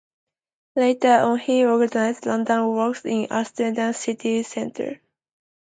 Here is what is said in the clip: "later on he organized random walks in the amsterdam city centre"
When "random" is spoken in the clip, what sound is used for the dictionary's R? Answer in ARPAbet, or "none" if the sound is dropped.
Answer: L